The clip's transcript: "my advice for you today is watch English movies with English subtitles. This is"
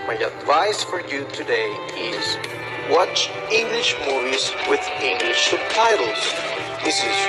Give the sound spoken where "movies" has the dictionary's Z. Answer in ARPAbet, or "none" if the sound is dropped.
Z